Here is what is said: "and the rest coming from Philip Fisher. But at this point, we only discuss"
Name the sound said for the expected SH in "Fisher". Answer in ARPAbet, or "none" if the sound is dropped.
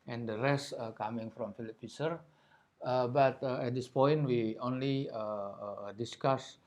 S